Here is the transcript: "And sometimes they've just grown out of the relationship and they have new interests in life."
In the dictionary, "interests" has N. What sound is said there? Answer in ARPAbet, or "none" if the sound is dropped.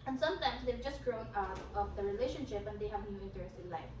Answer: none